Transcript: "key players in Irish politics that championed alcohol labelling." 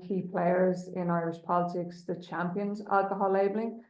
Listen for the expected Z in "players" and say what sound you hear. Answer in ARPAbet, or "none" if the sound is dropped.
Z